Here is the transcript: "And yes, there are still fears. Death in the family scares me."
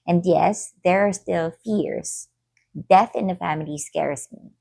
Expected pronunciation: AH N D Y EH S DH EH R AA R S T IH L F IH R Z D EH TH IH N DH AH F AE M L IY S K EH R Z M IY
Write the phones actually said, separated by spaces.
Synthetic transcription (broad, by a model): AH N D Y EH S DH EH R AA R S T IH L F IH R Z D EH TH IH N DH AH F AE M L IY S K EH R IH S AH